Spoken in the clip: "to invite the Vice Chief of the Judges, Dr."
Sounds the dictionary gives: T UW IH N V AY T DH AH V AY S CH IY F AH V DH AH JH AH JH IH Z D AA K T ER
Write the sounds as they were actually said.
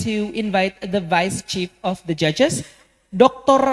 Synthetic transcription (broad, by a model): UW IH N V AY T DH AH V AY S CH IY F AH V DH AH JH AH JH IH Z D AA K T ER